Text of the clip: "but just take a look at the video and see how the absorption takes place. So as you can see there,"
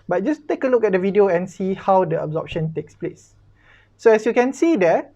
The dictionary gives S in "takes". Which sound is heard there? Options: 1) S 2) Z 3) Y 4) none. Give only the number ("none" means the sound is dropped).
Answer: 1